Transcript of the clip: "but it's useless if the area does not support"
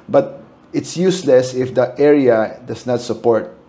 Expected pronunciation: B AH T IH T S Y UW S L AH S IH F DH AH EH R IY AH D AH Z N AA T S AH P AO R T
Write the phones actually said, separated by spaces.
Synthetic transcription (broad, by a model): B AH T IH T S Y UW S L AH S IH F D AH EH R IY AH D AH S N AA T S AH P AO R T